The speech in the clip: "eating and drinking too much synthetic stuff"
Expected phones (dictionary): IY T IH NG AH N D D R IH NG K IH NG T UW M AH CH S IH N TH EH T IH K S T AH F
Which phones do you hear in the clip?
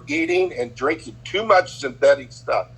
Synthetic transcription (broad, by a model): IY T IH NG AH N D D R IH NG K IH NG T UW M AH CH S IH N TH EH T IH K S T AH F